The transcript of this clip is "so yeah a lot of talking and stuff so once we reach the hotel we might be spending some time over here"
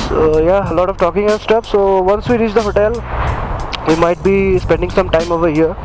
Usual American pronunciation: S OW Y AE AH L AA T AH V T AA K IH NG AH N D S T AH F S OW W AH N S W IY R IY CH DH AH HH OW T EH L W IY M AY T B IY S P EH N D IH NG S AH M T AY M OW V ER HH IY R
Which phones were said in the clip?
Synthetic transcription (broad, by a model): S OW Y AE AH L AA T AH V T AA K IH NG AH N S T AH P S OW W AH N S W IY R IY CH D AH HH OW T EH L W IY M AY T B IY S P EH N D IH NG S AH M T AY M OW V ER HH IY R